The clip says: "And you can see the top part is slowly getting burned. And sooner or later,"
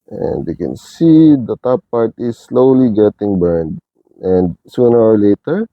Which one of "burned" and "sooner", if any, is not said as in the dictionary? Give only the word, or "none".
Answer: none